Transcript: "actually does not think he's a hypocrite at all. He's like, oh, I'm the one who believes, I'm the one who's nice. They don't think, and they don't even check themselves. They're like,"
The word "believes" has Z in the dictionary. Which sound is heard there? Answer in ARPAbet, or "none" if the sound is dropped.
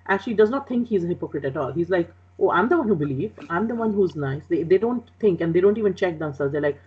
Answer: none